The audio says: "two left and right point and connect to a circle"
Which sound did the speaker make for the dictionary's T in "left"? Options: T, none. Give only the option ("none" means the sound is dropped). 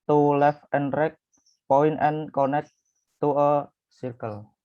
none